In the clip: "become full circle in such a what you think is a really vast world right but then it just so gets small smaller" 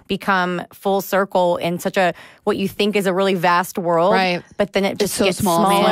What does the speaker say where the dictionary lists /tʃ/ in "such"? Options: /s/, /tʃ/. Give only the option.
/tʃ/